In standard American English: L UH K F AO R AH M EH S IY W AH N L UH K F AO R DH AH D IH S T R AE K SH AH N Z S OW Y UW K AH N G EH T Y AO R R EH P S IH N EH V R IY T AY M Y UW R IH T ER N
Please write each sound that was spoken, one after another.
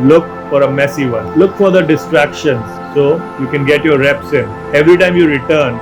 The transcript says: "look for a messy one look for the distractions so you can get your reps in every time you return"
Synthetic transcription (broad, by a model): L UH K F AO R AH M EH S IY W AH N L UH K F AO R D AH D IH S T R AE K SH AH N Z S OW Y UW K AH N G EH T Y AO R R EH P S IH N EH V R IY T AY M Y UW R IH T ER N